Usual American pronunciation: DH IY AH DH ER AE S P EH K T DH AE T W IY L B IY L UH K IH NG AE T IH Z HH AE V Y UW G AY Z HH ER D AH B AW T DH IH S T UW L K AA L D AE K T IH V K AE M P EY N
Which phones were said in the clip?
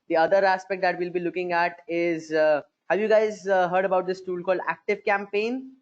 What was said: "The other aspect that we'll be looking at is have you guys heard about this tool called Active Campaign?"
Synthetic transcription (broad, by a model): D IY AH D ER AE S P EH K T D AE T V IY L B IY L UH K IH NG AE T IH Z HH AE V Y UW G AY Z HH ER D AH B AW T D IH S T UW L K AA L D AE K T IH V K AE M P EY N